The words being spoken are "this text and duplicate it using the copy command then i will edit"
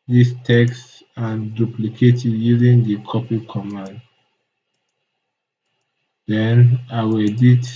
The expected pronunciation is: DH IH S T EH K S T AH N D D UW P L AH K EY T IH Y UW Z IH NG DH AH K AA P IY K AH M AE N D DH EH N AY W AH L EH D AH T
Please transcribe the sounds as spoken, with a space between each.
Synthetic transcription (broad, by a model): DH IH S T EH K S T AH N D D UW P L AH K EY T IH Y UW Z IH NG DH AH K AA P IY K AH M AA N D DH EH N AY W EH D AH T